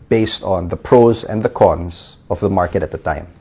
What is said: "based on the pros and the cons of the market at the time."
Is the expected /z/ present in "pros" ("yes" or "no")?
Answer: yes